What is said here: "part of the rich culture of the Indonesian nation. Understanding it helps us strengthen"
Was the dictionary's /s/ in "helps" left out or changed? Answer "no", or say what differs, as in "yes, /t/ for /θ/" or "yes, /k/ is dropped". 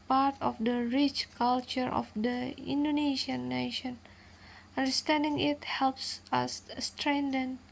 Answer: no